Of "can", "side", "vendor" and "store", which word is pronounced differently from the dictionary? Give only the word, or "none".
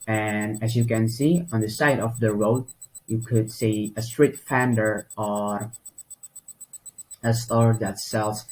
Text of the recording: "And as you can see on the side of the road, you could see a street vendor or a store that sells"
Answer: vendor